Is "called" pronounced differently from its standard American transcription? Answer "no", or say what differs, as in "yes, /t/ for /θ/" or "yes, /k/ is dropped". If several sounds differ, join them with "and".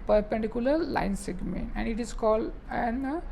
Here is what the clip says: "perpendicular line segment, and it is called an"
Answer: no